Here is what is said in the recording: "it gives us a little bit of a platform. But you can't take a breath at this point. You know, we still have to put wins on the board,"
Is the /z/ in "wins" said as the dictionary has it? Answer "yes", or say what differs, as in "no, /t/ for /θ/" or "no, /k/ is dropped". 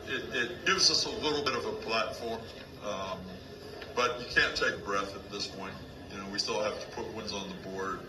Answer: yes